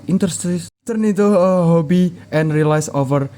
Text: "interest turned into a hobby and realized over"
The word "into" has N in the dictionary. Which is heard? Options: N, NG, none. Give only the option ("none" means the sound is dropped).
none